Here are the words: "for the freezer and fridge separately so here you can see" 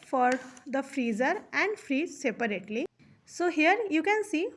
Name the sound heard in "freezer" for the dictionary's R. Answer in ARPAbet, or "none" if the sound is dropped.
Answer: R